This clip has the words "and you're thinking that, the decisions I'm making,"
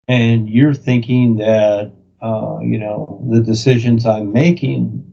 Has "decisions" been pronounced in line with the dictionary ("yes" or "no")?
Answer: yes